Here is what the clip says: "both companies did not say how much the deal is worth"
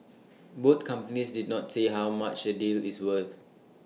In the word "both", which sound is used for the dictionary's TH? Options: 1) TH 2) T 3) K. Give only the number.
2